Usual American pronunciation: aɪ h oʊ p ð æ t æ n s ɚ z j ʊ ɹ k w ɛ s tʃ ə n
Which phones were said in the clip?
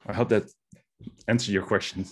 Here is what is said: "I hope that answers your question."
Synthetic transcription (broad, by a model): aɪ h oʊ p ð æ t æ n s ɚ j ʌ ɹ k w ɛ s tʃ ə n